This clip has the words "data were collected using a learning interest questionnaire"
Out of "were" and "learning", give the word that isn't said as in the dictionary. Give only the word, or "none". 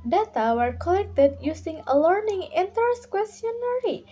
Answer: none